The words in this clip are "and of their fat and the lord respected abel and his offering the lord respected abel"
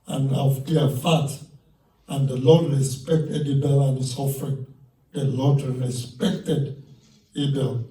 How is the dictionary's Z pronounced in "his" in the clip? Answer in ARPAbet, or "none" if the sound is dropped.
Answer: S